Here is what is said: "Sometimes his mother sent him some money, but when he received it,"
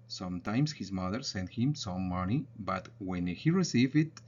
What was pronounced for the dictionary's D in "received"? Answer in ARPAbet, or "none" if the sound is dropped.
none